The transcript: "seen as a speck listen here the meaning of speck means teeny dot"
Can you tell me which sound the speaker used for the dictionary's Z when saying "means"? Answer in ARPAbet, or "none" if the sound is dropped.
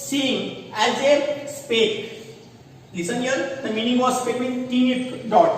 none